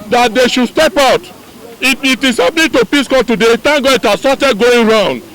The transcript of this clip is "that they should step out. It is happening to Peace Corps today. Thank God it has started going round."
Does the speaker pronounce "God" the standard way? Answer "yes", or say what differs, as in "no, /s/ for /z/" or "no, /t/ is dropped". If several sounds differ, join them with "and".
no, /d/ is dropped